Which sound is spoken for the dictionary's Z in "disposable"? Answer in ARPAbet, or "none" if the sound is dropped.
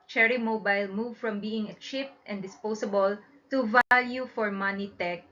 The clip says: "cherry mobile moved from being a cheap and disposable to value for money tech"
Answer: S